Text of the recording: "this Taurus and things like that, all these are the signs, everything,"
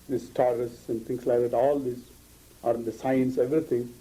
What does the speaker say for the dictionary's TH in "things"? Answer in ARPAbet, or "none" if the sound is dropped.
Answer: T